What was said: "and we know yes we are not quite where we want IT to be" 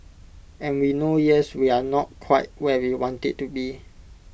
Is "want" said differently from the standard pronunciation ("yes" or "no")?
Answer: no